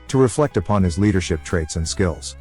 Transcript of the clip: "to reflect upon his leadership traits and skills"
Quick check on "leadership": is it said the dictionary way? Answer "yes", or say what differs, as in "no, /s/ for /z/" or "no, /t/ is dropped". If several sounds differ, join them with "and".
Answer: yes